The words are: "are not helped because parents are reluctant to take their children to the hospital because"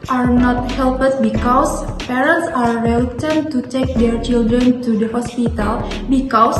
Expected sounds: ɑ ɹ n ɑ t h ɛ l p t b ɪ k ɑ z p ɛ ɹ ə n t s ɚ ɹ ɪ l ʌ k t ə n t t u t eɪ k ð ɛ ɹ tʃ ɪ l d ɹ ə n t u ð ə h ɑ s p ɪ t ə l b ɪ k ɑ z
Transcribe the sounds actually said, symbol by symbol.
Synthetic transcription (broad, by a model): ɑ ɹ n ɑ t h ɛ l p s b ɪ k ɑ s p ɛ ɹ ə n t s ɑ ɹ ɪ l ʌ t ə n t t u t eɪ k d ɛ ɹ tʃ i l d ɹ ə n t u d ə h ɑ s p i t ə l b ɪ k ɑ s